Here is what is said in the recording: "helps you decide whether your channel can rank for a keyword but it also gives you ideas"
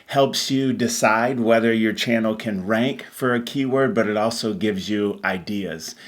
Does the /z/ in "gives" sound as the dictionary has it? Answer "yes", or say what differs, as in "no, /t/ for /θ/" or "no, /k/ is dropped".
yes